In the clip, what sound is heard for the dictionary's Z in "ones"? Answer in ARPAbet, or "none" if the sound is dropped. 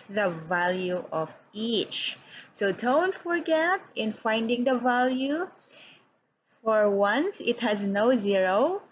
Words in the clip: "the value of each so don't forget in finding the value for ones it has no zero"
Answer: S